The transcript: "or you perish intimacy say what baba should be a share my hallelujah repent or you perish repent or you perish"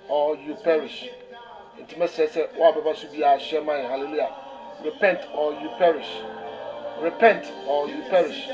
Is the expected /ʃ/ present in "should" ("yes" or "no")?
no